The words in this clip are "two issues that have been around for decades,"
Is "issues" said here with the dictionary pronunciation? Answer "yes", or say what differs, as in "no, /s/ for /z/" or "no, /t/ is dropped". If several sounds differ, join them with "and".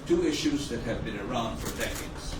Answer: yes